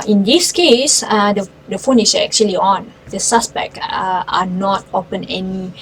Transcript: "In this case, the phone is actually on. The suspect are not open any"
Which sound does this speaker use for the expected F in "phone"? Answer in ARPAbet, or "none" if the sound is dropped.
F